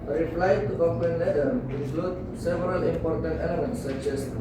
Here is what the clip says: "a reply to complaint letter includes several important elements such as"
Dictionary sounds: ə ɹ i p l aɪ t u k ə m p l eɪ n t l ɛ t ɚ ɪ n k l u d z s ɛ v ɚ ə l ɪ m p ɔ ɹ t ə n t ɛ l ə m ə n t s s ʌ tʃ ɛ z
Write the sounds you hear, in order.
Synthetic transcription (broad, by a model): ɹ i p l aɪ t u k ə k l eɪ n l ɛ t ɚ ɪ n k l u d s ɛ v ɚ ə l ɪ m p ɔ ɹ t ə n t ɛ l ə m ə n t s s ʌ tʃ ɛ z